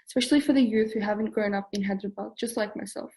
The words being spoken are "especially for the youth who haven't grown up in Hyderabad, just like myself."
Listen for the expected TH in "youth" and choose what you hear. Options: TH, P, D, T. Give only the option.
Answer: TH